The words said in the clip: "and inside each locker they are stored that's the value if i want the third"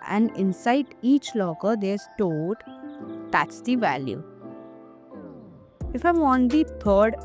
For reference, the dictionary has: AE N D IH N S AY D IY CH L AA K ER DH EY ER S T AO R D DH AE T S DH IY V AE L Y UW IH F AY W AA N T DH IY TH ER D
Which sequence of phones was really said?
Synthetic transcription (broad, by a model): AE N D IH N S AY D IY CH L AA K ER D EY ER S T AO L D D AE T S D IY V AE L Y UW IH F AY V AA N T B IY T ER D